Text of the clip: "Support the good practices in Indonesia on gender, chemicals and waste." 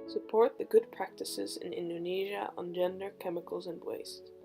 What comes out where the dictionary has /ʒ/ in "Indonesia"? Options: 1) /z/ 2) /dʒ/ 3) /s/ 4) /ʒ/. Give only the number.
4